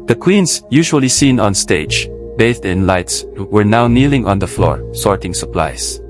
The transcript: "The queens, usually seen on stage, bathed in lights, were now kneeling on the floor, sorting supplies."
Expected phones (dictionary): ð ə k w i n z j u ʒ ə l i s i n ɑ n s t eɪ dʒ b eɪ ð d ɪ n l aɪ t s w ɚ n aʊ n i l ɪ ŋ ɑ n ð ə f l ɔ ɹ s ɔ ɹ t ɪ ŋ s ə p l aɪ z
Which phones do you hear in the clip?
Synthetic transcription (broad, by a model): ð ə k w i n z j u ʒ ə l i s i n ɑ n s t eɪ dʒ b eɪ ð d ɪ n l aɪ t s w ɚ n aʊ n i l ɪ ŋ ɑ n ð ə f l ɔ ɹ s ɔ ɹ t ɪ ŋ s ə p l aɪ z